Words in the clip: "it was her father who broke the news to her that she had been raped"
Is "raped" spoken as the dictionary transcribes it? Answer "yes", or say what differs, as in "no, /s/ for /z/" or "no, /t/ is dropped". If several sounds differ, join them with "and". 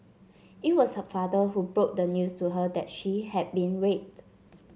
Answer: no, /p/ is dropped